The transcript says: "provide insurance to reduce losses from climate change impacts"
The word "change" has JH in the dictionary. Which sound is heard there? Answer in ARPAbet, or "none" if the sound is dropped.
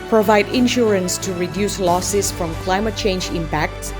JH